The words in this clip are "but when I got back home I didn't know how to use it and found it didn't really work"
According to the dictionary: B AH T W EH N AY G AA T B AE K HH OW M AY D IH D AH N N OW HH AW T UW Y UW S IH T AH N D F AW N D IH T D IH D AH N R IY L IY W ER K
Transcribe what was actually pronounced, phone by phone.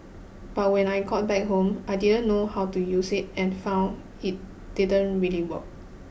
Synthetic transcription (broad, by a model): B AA T W EH N AY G AA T B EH K HH OW M AY D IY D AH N N OW HH AW T UW Y UW S IH T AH N F AW N IH T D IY D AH N R IY L IY W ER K